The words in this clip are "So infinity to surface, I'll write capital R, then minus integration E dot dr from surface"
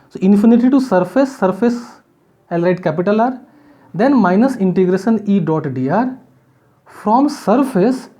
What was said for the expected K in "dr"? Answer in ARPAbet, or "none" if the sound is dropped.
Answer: none